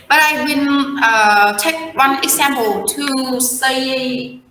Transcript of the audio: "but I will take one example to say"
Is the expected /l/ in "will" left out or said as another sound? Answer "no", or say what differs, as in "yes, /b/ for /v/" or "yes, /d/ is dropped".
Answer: yes, /n/ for /l/